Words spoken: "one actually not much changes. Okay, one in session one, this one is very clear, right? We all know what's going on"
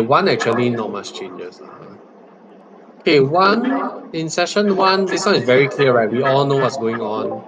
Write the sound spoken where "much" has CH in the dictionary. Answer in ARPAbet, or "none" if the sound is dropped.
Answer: S